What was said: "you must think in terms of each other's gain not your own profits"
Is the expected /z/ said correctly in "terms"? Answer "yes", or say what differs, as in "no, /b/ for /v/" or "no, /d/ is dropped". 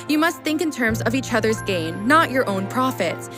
yes